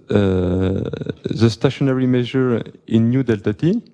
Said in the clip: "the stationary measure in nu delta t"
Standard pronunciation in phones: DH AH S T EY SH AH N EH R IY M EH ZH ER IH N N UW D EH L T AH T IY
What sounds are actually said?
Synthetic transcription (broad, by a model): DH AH S T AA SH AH N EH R IY M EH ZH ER IH N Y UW D EH L T AH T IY